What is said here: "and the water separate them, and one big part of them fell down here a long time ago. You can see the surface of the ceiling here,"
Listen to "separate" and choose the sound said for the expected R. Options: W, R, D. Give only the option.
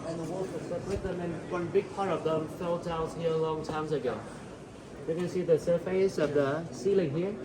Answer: W